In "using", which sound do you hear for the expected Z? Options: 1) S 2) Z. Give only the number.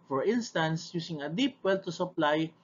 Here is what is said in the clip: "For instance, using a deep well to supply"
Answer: 1